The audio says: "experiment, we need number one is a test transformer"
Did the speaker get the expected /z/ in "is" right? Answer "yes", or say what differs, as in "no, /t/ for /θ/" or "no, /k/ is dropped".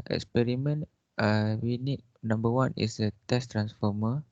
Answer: no, /s/ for /z/